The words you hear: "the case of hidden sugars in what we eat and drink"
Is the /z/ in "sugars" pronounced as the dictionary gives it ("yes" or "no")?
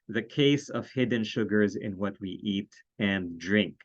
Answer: yes